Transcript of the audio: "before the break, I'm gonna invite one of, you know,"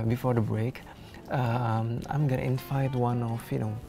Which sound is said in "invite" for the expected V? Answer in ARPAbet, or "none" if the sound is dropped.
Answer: F